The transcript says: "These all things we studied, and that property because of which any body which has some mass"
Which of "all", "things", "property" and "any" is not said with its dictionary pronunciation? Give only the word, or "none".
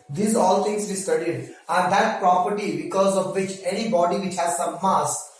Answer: things